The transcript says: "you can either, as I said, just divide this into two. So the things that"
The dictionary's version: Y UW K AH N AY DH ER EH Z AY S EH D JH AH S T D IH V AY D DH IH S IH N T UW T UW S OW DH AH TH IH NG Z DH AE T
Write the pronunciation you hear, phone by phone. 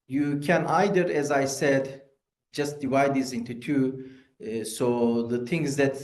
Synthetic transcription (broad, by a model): Y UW K AH N AY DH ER EH Z AY S EH D JH AH S T D IH V AY D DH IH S IH N T UW T UW S OW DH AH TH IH NG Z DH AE T